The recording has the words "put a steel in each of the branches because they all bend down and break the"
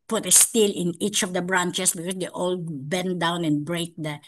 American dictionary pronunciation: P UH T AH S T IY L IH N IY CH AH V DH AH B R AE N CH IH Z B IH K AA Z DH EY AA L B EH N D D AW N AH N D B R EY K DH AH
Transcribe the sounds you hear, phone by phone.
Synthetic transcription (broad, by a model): P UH T AH S T IY L IH N IY CH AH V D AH B R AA N CH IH S B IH K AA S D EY AA L B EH N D D AW N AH N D B R EY K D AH